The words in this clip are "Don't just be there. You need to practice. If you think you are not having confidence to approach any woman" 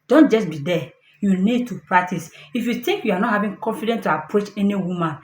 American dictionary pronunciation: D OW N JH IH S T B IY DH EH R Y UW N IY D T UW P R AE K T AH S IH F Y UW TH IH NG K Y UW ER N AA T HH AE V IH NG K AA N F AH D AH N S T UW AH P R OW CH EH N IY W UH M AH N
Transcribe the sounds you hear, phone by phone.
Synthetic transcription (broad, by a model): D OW N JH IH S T B IY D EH Y UW N IY D T UW P R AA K T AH S IH F Y UW T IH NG K Y UW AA N AA T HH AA V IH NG K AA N F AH D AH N T UW AH P R OW CH EH N IY W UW M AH N